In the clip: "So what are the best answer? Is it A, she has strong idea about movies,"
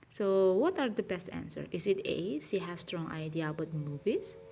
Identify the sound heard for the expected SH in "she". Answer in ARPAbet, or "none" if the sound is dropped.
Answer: S